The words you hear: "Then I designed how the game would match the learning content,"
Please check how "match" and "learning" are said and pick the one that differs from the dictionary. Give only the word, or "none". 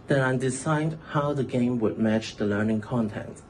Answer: none